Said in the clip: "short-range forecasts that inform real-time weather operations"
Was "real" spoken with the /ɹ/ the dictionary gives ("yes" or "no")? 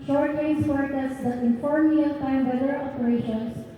no